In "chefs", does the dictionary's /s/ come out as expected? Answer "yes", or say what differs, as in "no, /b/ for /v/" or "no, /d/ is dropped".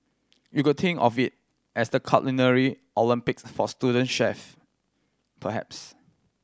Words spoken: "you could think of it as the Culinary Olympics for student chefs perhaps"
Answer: no, /s/ is dropped